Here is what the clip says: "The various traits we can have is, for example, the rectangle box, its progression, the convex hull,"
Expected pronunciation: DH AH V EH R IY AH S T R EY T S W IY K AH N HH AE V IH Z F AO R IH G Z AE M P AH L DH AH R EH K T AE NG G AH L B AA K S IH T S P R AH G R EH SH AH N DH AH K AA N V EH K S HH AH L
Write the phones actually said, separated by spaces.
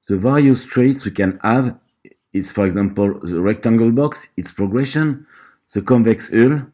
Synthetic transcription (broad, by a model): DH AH V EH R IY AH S T R EY T S W IY K AH N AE V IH S F AO R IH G Z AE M P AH L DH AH R EH K T AE NG G AH L B AA K S IH T S P R AH G R EH SH AH N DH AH K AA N V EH K S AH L